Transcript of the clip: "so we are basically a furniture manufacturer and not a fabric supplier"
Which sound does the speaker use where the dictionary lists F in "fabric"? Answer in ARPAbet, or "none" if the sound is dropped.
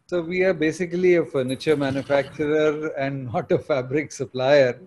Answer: F